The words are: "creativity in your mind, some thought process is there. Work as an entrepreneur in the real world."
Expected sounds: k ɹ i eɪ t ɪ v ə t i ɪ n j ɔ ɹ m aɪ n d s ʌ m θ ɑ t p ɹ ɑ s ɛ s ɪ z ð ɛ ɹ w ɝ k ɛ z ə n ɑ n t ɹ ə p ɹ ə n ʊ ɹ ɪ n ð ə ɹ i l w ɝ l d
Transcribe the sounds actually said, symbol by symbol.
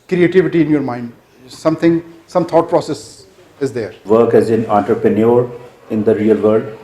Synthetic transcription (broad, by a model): k ɹ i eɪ t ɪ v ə t i ɪ n j ɔ ɹ m aɪ n d s ʌ m t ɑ t p ɹ ɑ s ɛ s ɪ z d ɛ ɹ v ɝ k ɛ z ə n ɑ n t ɹ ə p ɹ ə n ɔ ɹ ɪ n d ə ɹ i l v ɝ l d